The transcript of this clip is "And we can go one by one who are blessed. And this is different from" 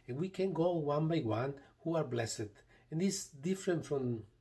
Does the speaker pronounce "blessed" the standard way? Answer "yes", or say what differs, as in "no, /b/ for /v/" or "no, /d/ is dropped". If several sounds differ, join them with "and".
no, /t/ is dropped